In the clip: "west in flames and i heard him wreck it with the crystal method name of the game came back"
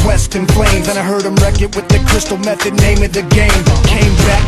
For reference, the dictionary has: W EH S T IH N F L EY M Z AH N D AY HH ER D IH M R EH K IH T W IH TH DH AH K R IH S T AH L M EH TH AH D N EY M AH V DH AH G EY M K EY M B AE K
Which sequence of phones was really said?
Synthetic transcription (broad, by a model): W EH S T IH N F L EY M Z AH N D AY HH ER D IH M R EH K IH T W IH DH AH K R IH S T L M EH TH AH D N EY M AH V DH AH G EY M K EY M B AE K